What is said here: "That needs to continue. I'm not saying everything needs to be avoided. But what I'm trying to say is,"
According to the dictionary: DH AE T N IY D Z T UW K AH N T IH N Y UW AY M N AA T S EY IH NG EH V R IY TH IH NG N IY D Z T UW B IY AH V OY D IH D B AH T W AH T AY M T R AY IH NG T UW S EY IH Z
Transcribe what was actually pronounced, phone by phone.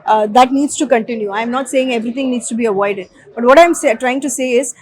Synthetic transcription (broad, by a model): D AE T N IY D S T UW K AH N T IH N Y UW AY M N AA T S EY IH NG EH V R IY T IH NG N IY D S T UW B IY AH V OY D IH D B AH T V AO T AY M T R AY IH NG T UW S EY IH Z